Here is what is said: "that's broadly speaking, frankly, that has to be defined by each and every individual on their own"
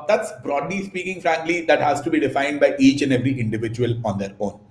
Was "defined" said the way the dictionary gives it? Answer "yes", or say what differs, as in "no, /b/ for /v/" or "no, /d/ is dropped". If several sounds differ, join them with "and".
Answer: yes